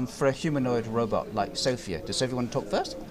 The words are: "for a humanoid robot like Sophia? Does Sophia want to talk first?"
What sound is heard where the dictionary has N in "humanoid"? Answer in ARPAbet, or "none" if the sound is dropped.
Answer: N